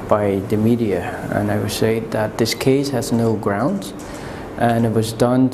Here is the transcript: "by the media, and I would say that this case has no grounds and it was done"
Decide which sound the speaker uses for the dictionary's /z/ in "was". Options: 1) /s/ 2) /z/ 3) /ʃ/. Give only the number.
2